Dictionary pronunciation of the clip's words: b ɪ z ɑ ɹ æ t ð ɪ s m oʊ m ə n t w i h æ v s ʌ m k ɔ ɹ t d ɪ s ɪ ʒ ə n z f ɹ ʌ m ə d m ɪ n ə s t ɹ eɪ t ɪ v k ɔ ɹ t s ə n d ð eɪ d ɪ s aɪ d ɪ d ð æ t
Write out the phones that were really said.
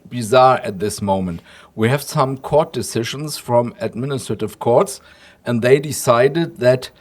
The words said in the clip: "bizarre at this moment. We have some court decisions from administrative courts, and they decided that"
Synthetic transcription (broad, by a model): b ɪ z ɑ ɹ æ t ð ɪ s m oʊ m ə n t w i h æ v s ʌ m k ɔ ɹ t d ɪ s ɪ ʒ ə n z f ɹ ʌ m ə d m ɪ n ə s t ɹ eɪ t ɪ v k ɔ ɹ t s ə n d ð eɪ d ɪ s aɪ d ɪ d ð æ t